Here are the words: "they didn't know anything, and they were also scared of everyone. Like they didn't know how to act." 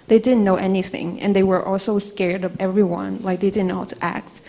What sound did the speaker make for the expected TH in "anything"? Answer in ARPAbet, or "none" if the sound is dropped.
TH